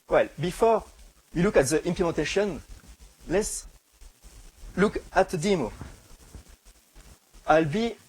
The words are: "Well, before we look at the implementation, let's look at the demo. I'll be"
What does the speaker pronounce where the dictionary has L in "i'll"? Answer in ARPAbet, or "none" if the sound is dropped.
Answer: L